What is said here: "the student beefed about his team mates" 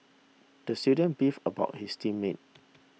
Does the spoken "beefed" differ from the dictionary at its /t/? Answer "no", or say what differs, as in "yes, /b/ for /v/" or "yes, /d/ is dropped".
yes, /t/ is dropped